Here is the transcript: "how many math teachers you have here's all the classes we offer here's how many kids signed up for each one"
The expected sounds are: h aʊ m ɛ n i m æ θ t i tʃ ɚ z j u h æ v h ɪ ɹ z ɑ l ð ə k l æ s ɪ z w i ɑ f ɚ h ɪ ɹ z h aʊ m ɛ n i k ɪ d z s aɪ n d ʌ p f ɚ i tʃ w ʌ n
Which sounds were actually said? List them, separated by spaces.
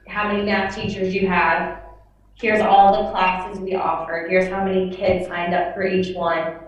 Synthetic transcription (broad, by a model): h aʊ m ɛ n i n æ f t i tʃ ɚ z j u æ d h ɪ ɹ z ɑ l ð ə k l æ s ɪ z w i ɑ f ɚ h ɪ ɹ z h aʊ m ɛ n i k ɪ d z s aɪ n d ʌ p f ɚ i tʃ w ʌ n